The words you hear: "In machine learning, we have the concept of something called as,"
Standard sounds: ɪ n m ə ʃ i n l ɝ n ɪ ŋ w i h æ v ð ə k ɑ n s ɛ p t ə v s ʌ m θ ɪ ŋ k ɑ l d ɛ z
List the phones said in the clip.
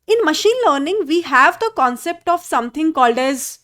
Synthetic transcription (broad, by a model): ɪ n m ə ʃ i n l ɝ n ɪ ŋ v i h æ v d ə k ɑ n s ɛ p t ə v s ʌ m t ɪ ŋ k ɑ l d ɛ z